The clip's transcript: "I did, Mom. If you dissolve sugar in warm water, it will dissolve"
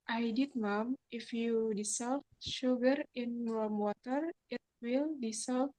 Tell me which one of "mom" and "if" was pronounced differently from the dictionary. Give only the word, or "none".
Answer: none